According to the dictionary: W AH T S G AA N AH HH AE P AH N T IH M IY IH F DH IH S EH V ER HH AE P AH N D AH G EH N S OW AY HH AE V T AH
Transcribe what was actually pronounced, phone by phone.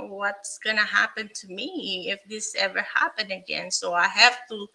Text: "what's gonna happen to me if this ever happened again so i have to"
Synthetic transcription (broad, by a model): W AH T S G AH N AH HH AE P AH N T IH M IY IH F DH IH S EH V ER HH AE P AH N D AH G EH N S OW AY HH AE F T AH